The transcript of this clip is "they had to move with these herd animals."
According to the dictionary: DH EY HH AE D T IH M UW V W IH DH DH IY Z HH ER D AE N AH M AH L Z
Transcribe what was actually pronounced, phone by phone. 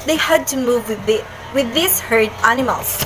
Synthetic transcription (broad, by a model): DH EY HH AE D T IH M UW V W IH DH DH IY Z HH ER D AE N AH M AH L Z